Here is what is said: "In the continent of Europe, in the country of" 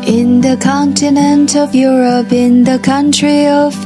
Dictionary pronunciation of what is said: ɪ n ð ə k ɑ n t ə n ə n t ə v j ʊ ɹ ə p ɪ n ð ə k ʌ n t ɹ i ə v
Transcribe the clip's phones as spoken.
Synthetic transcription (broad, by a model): ɪ n ð ə k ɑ n t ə n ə n t ə v j ʊ ɹ ə p ɪ n ð ə k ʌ n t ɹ i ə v